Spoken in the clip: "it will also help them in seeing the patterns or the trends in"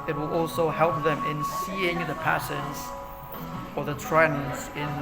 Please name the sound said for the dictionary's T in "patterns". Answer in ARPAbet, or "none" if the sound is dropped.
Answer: S